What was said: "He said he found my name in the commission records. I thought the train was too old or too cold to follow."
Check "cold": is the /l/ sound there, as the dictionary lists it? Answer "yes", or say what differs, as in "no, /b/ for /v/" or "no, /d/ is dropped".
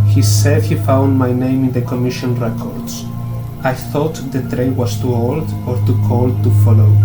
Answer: yes